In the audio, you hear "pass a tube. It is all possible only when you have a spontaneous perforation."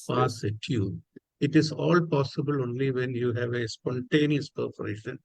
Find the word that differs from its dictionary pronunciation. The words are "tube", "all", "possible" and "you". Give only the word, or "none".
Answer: tube